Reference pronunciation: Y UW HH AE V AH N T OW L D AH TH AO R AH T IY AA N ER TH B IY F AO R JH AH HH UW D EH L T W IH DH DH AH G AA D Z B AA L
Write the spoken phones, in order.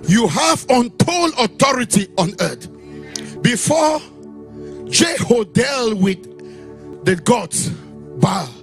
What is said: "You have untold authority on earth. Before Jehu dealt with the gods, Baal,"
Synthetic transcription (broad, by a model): Y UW HH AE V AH N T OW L AH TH AO R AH T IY AA N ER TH B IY F AO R JH AH HH UW D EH L W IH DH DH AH G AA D S B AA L